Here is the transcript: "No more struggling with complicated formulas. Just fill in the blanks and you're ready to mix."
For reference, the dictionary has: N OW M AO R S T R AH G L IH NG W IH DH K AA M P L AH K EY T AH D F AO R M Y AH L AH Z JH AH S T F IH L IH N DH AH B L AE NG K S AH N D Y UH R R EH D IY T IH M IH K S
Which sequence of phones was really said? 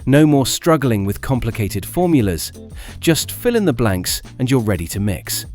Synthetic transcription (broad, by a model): N OW M AO R S T R AH G L IH NG W IH DH K AA M P L AH K EY T AH D F AO R M Y AH L AH Z JH AH S T F IH L IH N DH AH B L AE NG K S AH N Y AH R R EH D IY T IH M IH K S